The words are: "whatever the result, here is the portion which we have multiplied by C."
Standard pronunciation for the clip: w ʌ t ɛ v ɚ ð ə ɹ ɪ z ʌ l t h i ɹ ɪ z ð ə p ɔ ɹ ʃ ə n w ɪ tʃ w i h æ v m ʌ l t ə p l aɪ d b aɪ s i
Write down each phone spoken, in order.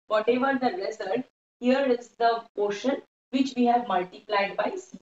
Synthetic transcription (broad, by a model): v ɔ t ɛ v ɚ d ə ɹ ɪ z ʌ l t h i ɹ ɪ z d ə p ɔ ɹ ʃ ə n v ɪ tʃ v i h æ v m ʌ l t ə p l aɪ d b aɪ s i